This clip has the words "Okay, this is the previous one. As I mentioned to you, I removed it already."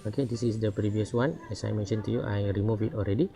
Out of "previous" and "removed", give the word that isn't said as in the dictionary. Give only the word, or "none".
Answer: removed